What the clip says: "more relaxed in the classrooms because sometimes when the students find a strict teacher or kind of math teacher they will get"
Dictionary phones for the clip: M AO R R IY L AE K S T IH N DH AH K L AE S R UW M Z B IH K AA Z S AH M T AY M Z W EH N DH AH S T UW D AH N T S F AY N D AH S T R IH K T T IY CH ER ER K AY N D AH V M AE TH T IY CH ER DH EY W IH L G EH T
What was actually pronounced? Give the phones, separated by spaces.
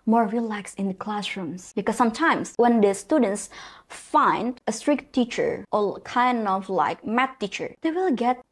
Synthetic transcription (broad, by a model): M AO R R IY L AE K S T IH N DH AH K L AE S R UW M S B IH K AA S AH M T AY M S W EH N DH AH S T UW D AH N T S F AY N D AH S T R IH K T T IY CH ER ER K AY N D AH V M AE T IY CH ER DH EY W IH L G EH T